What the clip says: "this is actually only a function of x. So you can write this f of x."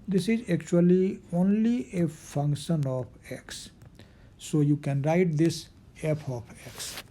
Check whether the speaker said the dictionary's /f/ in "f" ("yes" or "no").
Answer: no